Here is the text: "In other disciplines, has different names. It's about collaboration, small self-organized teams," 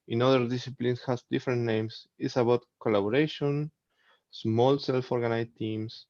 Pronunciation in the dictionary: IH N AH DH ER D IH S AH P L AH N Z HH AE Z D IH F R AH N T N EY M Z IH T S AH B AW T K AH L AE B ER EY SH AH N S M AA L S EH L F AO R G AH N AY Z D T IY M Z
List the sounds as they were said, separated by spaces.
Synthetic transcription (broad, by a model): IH N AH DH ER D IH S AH P L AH N S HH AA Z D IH F R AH N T N EY M S IH T S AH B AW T K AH L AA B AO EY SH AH N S M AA L S EH L F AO R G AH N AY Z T IY M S